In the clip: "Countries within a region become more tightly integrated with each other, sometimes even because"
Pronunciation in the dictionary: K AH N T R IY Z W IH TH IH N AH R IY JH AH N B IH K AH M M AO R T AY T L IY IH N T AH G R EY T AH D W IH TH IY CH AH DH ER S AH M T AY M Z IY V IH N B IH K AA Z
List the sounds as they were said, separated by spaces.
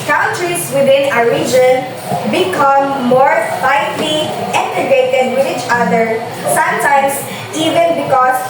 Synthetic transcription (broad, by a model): K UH N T R IY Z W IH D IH N AH R IY JH AH N B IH K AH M M AO R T AY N L IY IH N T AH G EY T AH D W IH IY CH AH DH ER S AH M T AY M S IY V IH N B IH K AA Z